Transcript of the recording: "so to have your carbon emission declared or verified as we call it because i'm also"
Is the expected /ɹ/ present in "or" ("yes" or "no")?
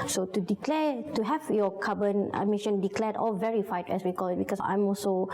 no